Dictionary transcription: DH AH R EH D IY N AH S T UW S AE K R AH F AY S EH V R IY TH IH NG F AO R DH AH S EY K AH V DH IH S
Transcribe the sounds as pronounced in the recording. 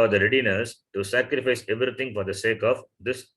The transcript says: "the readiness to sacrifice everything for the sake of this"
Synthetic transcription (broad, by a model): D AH R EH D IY N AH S T UW S AE K R AH F AY S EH V R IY T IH NG F AO R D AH S EY K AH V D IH S